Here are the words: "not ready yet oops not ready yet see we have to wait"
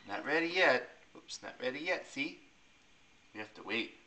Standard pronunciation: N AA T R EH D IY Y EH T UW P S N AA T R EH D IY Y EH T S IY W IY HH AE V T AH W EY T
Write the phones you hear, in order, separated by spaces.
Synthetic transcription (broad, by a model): N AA T R EH D IY Y EH T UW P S N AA T R EH D IY Y EH T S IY W IY HH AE F T AH W EY T